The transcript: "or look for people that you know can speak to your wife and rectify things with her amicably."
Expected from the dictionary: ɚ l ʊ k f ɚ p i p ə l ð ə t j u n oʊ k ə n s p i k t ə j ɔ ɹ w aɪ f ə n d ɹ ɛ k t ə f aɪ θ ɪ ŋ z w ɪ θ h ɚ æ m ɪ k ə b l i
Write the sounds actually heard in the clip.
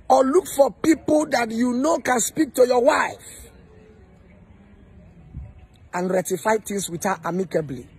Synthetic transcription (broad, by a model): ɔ l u k f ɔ p i p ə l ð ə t j u n oʊ k ə n s p i k t ə j ɔ w aɪ f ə n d ɹ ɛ t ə f aɪ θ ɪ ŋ s w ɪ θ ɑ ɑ m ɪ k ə b l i